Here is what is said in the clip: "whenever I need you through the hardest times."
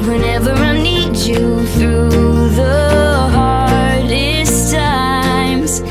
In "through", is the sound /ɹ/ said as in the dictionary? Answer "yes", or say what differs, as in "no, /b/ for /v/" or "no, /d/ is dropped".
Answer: yes